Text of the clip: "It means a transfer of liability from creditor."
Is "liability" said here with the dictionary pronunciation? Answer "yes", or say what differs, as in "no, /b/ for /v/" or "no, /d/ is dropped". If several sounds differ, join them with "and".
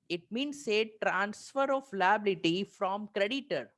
yes